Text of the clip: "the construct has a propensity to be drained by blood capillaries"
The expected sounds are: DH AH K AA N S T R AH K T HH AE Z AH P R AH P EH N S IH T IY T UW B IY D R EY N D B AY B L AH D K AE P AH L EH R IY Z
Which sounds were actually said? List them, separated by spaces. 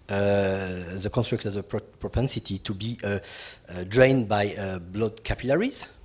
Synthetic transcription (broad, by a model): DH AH K AA N S T R AH K T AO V AH P R AH P EH N S IH T IY T UW B IY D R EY N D B AY B L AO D K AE P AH L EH R IY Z